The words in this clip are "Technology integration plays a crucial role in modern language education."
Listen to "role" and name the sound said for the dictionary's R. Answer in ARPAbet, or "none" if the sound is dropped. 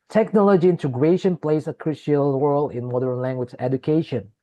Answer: W